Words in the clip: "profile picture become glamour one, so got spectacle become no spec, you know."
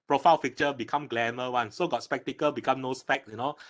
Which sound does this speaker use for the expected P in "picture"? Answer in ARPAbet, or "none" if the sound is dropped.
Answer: F